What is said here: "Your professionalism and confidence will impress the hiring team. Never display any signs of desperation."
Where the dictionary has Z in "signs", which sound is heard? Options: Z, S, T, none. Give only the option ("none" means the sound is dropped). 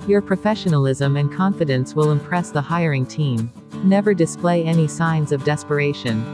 Z